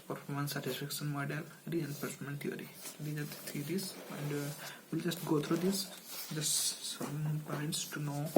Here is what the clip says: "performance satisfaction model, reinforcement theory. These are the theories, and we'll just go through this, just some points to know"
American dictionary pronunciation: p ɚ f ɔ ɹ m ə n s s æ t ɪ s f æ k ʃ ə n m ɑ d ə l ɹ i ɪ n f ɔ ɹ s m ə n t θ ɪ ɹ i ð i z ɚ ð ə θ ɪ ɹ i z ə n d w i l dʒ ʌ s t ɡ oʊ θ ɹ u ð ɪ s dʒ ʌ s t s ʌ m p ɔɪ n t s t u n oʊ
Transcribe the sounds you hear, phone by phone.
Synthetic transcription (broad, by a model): p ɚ f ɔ ɹ m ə n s s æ t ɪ s f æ k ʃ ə n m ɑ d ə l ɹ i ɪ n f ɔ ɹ m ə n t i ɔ ɹ i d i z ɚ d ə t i ɹ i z ə n d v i l dʒ ʌ s t ɡ oʊ t ɹ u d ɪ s dʒ ʌ s t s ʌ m p ɔɪ n t s t u n oʊ